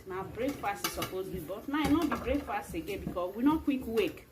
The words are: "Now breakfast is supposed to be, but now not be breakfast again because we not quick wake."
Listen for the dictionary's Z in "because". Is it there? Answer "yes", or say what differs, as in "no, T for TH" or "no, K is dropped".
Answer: no, Z is dropped